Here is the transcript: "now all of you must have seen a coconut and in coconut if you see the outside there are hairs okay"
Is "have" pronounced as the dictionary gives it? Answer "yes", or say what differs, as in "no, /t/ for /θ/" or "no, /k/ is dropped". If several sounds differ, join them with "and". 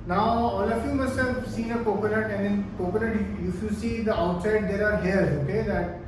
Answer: no, /f/ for /v/